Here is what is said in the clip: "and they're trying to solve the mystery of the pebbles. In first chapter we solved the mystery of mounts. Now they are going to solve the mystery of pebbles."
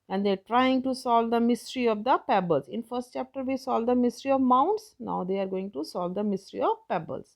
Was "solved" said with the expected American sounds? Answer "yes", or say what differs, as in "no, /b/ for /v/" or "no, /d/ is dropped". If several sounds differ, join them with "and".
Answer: no, /v/ is dropped